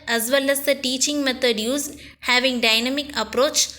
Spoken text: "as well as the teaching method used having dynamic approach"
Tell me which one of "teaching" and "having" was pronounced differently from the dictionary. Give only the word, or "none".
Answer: none